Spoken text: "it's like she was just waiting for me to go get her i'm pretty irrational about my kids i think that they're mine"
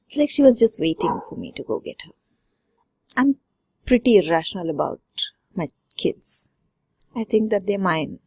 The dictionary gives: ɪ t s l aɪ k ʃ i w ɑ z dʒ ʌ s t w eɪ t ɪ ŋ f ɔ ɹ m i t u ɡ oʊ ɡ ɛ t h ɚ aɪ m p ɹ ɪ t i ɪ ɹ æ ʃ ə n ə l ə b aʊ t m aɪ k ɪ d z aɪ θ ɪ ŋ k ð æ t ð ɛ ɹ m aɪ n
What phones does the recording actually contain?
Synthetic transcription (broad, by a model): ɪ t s l aɪ k ʃ i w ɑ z dʒ ʌ s t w eɪ t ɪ ŋ f ɔ ɹ m i t u ɡ oʊ ɡ ɛ t h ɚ aɪ m p ɹ ɪ t i ɹ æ ʃ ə n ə l ə b aʊ t m aɪ k ɪ d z aɪ t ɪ ŋ k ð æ t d ɛ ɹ m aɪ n